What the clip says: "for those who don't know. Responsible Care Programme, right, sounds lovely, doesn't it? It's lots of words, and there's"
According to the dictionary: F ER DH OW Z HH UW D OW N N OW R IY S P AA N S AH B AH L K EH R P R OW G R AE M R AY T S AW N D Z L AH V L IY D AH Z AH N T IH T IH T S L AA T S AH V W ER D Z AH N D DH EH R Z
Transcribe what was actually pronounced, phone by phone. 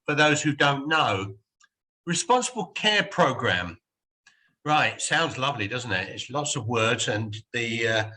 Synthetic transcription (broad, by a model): F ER DH OW Z HH UW D OW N N OW R IY S P AA N S AH B AH L K EH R P R OW G R AE M R AY T S AW N D Z L AH V L IY D AH Z N T IH T IH T S L AA T S AH V W ER D Z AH N DH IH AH